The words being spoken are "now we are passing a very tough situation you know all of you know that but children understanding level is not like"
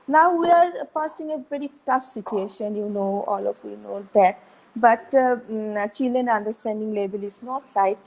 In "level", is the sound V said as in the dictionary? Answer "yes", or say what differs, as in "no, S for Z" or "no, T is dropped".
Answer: no, B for V